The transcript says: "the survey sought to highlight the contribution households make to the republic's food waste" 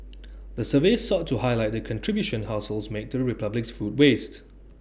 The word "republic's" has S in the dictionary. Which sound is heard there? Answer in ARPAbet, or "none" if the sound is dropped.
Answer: S